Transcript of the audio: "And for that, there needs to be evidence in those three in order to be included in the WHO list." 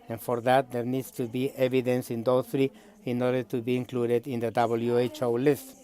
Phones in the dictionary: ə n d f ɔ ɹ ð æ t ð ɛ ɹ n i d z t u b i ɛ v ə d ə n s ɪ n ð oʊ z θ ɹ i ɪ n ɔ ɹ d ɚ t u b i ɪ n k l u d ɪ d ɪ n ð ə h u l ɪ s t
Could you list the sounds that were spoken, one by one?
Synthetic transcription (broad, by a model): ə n f ɔ ɹ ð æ t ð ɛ ɹ n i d s t u b i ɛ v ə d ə n s ɪ n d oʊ θ ɹ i ɪ n ɔ ɹ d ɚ t u b i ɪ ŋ k l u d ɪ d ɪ n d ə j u l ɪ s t